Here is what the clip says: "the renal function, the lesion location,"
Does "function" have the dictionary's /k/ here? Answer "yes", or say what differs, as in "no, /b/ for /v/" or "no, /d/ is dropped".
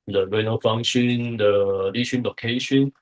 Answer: no, /k/ is dropped